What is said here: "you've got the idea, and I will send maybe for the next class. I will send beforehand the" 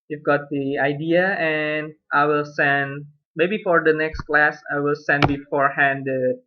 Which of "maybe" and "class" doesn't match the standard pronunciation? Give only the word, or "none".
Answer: none